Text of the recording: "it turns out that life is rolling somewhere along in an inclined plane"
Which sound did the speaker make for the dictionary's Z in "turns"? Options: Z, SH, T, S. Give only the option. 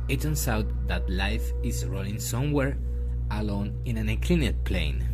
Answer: S